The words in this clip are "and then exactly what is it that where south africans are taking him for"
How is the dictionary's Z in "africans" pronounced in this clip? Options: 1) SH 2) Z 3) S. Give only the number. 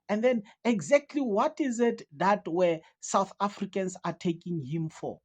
3